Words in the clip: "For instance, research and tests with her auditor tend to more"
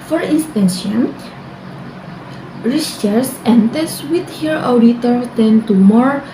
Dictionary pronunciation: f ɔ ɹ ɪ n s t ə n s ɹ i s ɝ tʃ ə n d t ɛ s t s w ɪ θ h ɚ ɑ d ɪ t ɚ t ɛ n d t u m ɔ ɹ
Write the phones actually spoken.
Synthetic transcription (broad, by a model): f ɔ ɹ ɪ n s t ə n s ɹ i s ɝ s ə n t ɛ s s w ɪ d h ɚ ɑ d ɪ t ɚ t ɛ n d t u m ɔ ɹ